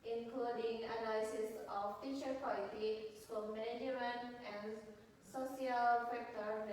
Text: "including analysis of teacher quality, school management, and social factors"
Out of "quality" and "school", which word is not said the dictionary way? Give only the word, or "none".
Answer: school